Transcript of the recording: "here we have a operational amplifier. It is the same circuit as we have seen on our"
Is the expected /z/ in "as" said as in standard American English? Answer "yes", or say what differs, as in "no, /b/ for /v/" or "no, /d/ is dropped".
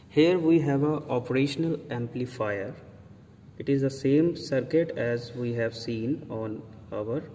yes